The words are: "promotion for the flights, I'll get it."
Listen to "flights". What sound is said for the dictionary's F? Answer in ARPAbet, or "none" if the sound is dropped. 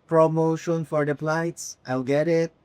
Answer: P